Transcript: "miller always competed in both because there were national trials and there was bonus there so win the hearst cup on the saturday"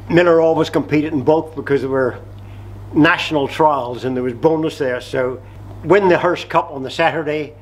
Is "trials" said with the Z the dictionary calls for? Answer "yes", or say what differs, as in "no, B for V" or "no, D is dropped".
yes